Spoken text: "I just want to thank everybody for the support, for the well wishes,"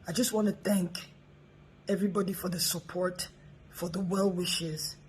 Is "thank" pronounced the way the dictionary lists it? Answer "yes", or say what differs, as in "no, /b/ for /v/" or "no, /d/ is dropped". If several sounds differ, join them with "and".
yes